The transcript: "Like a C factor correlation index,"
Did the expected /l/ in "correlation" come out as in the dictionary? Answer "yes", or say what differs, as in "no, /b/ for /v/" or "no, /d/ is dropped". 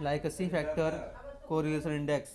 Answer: no, /l/ is dropped